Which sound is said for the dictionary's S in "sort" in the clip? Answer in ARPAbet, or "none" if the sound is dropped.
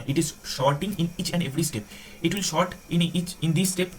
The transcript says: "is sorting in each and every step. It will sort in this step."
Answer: SH